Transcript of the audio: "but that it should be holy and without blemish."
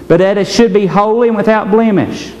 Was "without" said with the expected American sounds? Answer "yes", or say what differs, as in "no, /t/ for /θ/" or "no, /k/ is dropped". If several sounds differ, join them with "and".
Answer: yes